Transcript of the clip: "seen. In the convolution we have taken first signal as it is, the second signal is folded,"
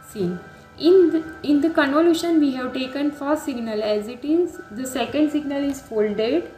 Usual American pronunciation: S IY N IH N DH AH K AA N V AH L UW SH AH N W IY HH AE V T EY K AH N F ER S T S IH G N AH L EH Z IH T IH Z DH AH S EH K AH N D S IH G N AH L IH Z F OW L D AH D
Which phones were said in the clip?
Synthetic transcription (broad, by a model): S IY N IH N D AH K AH N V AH L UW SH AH N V IY HH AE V T EY K AH N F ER T S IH G N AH L EH Z IH T IH Z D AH S EH K AH N D S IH G N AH L IH Z F OW L D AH D